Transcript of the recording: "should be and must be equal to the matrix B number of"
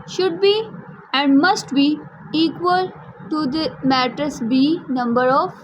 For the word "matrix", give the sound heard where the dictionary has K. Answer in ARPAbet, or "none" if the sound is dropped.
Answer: none